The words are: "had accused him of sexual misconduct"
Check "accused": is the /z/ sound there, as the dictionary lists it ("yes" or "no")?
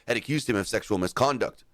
yes